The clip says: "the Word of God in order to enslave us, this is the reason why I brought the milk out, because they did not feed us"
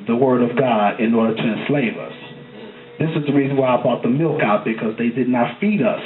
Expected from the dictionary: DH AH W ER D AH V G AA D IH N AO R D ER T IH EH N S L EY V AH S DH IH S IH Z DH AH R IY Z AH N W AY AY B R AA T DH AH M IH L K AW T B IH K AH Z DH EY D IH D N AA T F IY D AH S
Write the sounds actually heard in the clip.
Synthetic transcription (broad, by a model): DH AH W ER D AH V G AA D IH N AO R D ER T IH EH N S L EY V AH S DH IH S IH Z DH AH R IY Z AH N W AY AY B AA T DH AH M IH L K AW T B IH K AH Z DH EY D IH D N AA T F IY D AH S